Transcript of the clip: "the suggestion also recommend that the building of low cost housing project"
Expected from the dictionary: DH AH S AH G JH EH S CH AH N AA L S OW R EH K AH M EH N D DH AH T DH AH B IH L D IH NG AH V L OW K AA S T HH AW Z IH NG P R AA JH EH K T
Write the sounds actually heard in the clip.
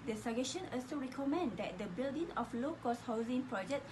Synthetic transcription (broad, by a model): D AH S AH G EH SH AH N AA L S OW R EH K AH M EH N D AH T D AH B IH L D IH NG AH F L OW K AA S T HH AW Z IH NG P R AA JH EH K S